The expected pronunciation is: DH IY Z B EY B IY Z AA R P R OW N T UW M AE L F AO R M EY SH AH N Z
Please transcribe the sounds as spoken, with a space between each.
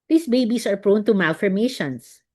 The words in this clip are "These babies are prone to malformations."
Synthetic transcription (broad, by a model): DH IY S B EY B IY S AA R P R OW N T UW M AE L F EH R M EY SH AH N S